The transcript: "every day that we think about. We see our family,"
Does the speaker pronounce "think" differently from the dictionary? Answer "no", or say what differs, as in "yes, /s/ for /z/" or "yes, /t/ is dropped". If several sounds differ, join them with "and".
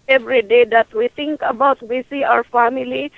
yes, /t/ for /θ/